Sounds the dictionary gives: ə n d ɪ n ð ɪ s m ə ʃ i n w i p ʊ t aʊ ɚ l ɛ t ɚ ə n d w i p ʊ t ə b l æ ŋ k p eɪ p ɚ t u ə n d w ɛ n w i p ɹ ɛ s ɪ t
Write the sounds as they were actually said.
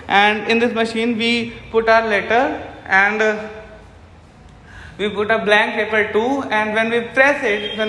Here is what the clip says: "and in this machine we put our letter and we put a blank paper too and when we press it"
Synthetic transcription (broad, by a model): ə n d ɪ n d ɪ s m ə ʃ i n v i p ʊ t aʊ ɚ l ɛ t ɚ ə n d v i p ʊ t ə b l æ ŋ k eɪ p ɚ t u ə n d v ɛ n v i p ɹ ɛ s ɪ t